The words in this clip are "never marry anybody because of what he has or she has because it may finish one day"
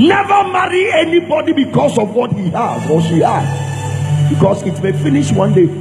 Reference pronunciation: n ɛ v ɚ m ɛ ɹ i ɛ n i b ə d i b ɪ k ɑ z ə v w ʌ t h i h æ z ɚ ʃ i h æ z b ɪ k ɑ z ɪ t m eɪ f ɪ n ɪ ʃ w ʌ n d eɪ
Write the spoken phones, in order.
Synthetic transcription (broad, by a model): n ɛ v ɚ m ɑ ɹ i ɛ n i b ə d i b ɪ k ɑ s ə v w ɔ t h i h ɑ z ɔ s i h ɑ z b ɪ k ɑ s ɪ t m eɪ f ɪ n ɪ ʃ w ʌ n d eɪ